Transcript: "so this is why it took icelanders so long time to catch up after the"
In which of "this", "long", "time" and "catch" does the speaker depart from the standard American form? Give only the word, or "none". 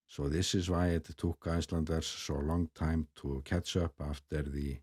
catch